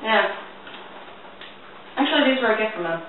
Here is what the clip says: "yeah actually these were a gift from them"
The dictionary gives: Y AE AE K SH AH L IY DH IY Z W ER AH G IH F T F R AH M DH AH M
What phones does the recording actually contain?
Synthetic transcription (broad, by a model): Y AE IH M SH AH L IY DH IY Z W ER AH G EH T F R AH M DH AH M